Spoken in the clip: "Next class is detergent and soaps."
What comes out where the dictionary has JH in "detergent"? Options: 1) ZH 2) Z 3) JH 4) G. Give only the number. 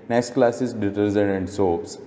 2